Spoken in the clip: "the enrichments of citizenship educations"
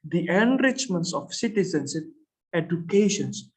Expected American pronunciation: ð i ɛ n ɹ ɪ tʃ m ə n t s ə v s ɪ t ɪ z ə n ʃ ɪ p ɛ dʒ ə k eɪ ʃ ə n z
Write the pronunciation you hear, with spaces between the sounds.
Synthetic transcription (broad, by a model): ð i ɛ n ɹ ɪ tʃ m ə n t s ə f s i t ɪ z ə n s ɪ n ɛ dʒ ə k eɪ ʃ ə n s